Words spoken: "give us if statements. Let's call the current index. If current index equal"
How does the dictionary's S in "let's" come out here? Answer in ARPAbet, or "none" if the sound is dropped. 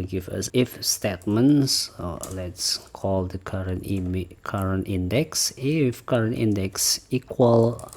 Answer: S